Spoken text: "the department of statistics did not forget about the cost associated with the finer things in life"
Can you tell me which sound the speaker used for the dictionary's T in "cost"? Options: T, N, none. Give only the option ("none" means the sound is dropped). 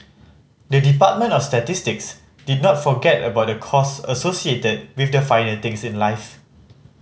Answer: none